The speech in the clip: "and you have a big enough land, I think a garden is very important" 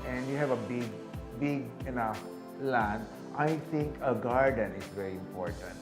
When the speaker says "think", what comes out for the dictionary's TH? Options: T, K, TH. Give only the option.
T